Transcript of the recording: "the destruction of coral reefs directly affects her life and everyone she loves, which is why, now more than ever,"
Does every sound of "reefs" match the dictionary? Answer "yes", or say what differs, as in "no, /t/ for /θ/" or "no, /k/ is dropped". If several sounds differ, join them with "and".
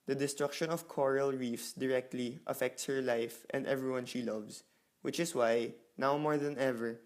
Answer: yes